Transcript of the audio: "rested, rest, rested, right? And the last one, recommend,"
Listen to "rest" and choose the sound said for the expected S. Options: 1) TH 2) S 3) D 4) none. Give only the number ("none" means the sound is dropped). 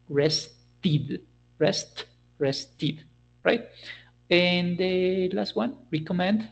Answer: 2